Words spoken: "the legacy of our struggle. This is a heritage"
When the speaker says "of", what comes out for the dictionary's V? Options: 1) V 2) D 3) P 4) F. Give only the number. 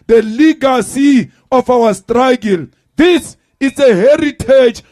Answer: 4